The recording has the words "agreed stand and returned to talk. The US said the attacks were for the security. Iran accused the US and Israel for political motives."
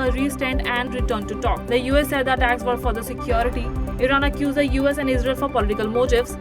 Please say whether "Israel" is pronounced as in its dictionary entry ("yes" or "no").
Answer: yes